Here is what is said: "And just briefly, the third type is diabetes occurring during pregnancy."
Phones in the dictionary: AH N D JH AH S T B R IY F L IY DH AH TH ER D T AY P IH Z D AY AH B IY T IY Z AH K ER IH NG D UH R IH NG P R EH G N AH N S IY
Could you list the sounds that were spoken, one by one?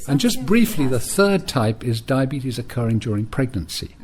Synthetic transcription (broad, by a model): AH N JH AH S B R IY F L IY DH AH TH ER D T AY P IH Z D AY AH B IY T IY Z AH K ER IH NG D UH R IH NG P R EH G N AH N S IY